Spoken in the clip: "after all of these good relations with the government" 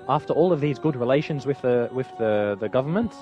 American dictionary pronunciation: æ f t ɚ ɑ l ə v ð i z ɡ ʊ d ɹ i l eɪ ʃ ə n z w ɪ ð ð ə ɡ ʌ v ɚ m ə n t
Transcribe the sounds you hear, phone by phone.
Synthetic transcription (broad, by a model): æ f t ɚ ɑ l ə v ð i z ɡ ʊ d ɹ i l eɪ ʃ ə n z w ɪ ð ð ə ɡ ʌ v ɚ m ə n t